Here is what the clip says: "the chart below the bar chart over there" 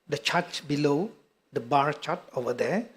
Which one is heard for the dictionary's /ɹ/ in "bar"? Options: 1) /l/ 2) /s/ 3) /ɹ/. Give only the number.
3